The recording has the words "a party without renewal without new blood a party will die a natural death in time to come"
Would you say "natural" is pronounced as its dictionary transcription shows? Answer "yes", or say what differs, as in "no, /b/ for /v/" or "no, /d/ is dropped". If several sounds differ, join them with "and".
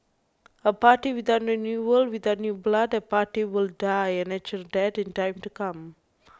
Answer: no, /ɹ/ is dropped